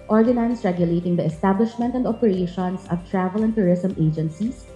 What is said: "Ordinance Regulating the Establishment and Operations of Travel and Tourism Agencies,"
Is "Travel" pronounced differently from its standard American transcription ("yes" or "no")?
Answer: no